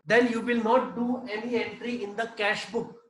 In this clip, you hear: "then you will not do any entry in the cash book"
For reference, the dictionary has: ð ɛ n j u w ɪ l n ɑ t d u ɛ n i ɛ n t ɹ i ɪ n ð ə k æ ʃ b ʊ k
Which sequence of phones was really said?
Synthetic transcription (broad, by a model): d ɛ n j u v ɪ l n ɑ t d u ɛ n i ɛ n t ɹ i ɪ n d ə k æ ʃ b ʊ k